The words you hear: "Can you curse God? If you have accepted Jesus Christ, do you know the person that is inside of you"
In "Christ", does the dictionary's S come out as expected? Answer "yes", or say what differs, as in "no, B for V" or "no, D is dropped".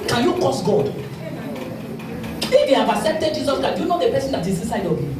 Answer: no, S is dropped